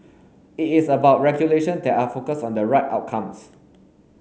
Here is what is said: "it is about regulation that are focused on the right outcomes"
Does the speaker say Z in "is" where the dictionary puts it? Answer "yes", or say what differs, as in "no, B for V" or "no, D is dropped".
no, S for Z